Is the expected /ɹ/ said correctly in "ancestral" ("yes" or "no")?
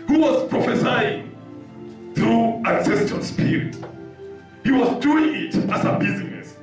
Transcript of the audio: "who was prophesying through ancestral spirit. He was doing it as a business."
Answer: no